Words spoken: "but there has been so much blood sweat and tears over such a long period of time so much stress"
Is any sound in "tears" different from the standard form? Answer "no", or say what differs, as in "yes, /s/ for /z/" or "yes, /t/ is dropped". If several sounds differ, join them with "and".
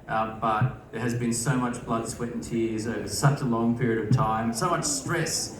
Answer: no